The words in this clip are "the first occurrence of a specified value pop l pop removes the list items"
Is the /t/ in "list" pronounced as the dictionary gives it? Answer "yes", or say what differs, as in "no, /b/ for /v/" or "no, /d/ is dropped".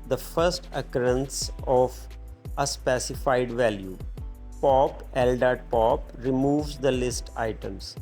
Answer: yes